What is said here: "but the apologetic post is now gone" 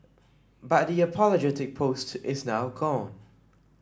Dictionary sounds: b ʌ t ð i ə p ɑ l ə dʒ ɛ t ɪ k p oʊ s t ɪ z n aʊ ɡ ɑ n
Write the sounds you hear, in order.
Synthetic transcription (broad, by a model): b ʌ t ð i ə p ɑ l ə dʒ ɛ t ɪ k p oʊ s t ɪ z n aʊ ɡ ɑ n